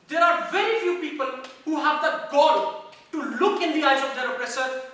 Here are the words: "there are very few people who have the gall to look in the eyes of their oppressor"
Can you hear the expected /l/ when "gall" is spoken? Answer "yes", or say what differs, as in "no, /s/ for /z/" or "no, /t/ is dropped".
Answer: no, /n/ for /l/